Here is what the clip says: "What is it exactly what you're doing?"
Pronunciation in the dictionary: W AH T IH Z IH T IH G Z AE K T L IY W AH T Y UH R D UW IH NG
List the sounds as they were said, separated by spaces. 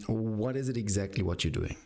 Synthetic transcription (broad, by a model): W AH T IH Z IH T IH G Z AE K T L IY W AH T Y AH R D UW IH NG